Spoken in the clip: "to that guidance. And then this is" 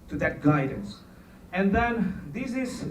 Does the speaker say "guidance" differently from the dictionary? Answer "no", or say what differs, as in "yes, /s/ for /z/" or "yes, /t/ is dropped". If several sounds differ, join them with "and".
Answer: no